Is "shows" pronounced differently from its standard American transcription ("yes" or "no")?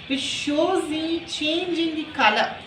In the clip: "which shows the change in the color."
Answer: no